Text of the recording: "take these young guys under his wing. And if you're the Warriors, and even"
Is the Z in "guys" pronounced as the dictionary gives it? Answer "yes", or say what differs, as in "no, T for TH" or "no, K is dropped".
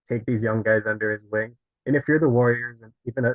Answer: yes